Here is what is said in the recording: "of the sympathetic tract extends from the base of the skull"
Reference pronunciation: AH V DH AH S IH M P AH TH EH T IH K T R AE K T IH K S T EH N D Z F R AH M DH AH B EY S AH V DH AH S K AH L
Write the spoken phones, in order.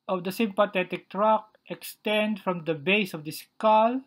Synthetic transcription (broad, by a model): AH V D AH S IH M P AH T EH T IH K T R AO K T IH K S T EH N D F R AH M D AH B EY S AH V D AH S K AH L